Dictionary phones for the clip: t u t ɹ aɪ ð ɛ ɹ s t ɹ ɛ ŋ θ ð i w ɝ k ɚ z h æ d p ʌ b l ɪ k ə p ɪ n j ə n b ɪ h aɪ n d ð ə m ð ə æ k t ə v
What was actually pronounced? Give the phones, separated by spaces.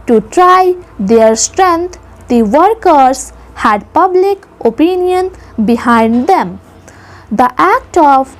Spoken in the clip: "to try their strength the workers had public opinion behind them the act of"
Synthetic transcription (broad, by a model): t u t ɹ aɪ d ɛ ɹ s t ɹ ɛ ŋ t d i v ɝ k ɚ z h æ d p ʌ b l ɪ k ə p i n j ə n b ɪ h aɪ n d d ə m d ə æ k t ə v